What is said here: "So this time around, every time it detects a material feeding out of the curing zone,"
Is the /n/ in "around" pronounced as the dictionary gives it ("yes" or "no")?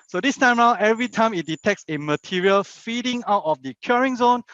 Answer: no